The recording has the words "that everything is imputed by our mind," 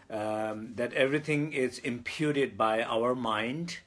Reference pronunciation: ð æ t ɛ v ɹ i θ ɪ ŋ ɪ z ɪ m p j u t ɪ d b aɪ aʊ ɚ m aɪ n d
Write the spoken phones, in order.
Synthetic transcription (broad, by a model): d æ t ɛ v ɹ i t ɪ ŋ ɪ z ɪ m p j u t ɪ d b aɪ aʊ ɚ m aɪ n d